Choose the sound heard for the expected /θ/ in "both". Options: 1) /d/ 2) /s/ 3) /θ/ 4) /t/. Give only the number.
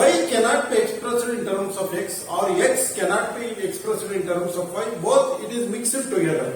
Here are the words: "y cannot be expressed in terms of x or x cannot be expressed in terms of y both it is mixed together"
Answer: 4